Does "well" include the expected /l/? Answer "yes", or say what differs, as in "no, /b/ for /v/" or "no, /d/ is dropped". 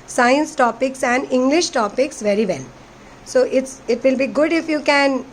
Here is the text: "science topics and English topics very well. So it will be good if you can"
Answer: no, /n/ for /l/